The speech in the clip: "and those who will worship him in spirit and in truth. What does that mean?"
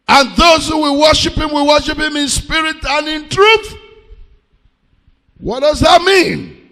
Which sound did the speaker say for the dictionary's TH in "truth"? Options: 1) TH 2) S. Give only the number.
1